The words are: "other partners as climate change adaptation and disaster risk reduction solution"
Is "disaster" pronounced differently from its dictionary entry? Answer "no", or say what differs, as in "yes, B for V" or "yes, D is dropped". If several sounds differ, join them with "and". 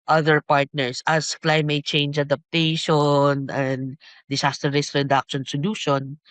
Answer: yes, S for Z